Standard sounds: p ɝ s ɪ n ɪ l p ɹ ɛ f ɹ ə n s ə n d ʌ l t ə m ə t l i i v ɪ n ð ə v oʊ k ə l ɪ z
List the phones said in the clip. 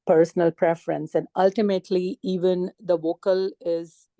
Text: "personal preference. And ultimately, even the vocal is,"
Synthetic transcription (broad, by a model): p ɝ s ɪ n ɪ l p ɹ ɛ f ɹ ə n s ə n d ʌ l t ə m ə t l i i v ɪ n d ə v oʊ k ə l ɪ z